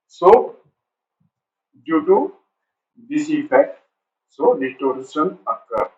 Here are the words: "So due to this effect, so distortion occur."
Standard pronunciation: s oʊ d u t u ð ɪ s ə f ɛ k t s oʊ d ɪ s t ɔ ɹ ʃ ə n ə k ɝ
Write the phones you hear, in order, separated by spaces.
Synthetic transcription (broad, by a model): s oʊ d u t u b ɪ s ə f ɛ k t s oʊ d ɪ t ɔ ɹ s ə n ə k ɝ